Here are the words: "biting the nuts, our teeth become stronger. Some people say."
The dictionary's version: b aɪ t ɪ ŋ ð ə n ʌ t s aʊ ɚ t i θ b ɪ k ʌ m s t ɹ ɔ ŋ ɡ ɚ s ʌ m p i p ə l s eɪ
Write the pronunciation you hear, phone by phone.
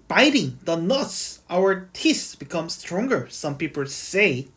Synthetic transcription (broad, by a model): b aɪ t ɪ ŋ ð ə n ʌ t s aʊ ɚ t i s b ɪ k ʌ m s t ɹ ɔ ŋ ɡ ɚ s ʌ m p i p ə l s eɪ